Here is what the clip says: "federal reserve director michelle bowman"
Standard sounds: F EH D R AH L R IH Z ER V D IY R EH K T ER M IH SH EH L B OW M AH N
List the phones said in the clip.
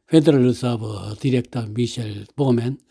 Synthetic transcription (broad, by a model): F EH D R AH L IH S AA B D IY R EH K T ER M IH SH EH L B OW M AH N